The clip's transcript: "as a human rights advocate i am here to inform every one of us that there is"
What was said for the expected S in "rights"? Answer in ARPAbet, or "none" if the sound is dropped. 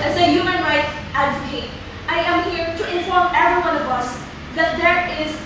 none